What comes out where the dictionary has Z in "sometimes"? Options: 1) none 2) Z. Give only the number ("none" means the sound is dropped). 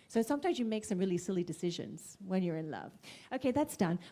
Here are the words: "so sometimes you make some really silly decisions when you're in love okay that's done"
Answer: 2